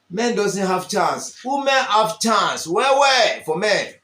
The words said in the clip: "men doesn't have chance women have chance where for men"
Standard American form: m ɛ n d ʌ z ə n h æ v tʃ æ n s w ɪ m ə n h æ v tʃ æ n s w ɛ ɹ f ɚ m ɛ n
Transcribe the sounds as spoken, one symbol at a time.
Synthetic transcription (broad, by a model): m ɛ n d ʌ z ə n h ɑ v tʃ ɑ n s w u m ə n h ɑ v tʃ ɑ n s w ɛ w f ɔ m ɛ n